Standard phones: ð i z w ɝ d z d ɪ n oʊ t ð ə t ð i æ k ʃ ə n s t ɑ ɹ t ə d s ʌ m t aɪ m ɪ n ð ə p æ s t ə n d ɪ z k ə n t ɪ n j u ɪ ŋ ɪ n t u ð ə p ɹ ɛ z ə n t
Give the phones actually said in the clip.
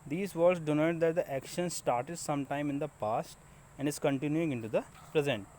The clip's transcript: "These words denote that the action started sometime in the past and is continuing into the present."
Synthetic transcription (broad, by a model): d i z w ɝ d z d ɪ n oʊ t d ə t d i æ k ʃ ə n s t ɑ ɹ t ə d s ʌ m t aɪ m ɪ n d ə p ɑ s t ə n d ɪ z k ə n t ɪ n j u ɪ ŋ ɪ n t u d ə p ɹ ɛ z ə n t